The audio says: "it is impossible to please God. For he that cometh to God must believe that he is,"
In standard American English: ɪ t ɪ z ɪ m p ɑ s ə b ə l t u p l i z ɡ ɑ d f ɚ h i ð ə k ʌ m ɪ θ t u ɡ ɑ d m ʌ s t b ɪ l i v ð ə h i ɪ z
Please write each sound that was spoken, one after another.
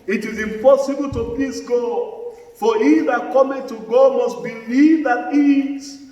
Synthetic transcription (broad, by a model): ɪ t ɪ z ɪ m p ɑ s ə b ə l t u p i s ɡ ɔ f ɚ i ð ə k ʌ m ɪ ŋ t u ɡ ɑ m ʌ s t b ɪ l i v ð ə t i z